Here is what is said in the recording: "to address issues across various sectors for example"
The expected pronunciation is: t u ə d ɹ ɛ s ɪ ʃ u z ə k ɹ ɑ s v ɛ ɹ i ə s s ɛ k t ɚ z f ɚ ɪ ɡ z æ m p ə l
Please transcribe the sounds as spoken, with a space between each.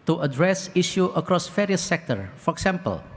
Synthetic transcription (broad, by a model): t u ə d ɹ ɛ s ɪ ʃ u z ə k ɹ ɑ s f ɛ ɹ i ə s s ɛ k t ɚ f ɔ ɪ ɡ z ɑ m p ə l